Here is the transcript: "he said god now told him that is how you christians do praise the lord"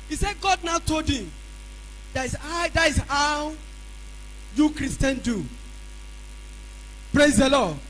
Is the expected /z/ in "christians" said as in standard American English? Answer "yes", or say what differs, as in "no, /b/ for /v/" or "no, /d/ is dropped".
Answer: no, /z/ is dropped